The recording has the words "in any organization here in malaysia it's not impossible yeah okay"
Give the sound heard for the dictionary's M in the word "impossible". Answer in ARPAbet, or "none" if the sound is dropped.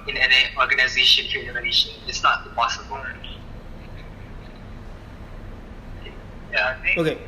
none